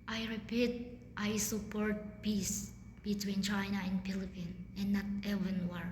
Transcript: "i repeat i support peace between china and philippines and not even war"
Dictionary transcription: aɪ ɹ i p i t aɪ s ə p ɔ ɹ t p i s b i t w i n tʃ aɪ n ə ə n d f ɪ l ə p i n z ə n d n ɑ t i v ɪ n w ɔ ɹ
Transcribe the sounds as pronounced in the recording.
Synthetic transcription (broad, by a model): aɪ ɹ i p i t aɪ s ə p ɔ ɹ t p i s b i t w i n tʃ aɪ n ə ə n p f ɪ l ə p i n ə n n ɑ t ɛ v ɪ n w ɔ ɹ